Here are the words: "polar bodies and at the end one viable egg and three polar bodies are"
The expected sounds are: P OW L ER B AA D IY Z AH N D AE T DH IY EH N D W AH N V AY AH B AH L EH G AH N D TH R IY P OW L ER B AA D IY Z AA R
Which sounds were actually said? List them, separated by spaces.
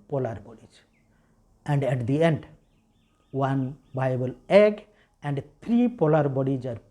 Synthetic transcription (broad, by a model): P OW L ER B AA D IY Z AH N D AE T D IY EH N D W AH N B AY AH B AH L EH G AH N D T R IY P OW L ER B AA D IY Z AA R